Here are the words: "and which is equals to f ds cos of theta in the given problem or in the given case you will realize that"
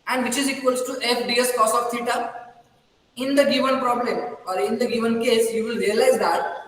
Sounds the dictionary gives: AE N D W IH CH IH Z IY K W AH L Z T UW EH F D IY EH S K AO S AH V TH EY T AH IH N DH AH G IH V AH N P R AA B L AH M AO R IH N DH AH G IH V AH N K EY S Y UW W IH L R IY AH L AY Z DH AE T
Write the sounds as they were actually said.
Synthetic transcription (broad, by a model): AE N D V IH CH IH Z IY K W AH L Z T UW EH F D IY EH S K AO S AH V T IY T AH IH N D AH G IH V AH N P R AA B L AH M AO R IH N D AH G IH V AH N K EY S Y UW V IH L R IY AH L AY Z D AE T